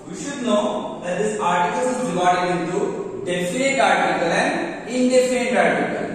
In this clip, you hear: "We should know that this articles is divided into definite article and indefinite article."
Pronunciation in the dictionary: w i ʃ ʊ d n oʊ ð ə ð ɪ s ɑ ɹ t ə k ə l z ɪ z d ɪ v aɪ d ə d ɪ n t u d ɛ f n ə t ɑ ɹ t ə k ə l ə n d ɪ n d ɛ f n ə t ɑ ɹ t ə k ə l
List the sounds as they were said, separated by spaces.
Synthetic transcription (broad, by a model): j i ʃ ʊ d n oʊ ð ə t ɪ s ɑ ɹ t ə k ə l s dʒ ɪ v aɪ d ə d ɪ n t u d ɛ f ə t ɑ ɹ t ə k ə l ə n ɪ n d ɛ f ə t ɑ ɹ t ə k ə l